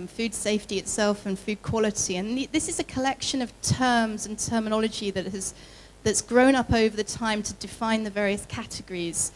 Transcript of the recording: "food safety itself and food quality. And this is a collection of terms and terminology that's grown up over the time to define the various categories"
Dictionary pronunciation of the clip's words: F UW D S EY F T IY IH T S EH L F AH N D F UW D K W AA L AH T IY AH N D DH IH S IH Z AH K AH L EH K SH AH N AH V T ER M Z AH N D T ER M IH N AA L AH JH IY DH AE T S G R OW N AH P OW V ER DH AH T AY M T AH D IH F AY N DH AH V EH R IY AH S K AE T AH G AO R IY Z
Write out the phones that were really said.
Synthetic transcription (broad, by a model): F UW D S EY F T IY IH T S EH L F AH N F UW D K W AA L AH T IY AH N DH IH S IH Z AH K AH L EH K SH AH N AH V T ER M Z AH N T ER M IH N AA L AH JH IY DH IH T S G R OW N AH P OW V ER DH AH T AY M T AH D IH F AY N DH AH V EH R IY AH S K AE T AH G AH R IY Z